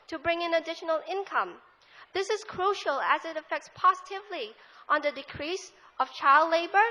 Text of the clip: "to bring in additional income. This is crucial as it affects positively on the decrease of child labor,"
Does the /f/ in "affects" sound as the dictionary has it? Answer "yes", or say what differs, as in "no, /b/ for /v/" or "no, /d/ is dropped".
yes